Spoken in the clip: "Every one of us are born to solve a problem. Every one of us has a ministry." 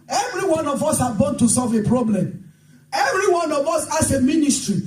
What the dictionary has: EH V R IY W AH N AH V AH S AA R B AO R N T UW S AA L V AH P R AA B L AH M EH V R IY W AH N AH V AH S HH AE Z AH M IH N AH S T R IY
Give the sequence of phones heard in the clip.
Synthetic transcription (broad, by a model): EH V R IY W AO N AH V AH S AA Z B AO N T UW S AA L V AH P R AA B L AH M EH V R IY W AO N AH V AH S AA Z AH M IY N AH S T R IY